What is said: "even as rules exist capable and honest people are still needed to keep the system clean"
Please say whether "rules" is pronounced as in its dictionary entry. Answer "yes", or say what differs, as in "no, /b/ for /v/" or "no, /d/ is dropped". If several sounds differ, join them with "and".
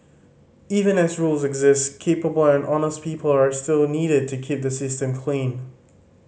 yes